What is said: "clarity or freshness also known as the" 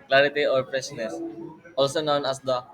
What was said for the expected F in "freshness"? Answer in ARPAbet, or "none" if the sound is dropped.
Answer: P